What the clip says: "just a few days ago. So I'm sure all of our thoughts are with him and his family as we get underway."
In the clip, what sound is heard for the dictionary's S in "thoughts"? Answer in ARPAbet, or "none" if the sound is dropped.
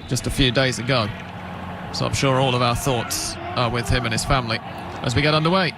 S